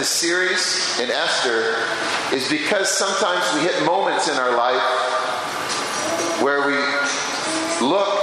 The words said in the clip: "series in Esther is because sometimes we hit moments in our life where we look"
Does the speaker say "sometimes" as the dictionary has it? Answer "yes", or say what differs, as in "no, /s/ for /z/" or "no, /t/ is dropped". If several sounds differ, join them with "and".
yes